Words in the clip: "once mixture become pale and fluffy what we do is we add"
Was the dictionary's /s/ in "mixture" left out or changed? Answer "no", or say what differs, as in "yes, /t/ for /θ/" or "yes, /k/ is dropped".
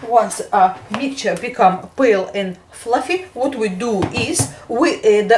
yes, /s/ is dropped